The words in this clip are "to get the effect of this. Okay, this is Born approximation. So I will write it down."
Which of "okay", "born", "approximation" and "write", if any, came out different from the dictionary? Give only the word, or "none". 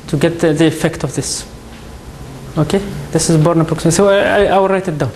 approximation